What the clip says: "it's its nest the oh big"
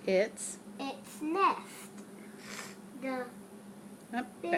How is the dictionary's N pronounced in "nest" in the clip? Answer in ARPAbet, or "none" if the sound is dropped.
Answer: N